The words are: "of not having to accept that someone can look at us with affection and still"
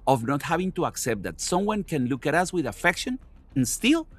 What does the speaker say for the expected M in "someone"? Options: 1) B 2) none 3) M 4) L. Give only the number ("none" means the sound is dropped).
3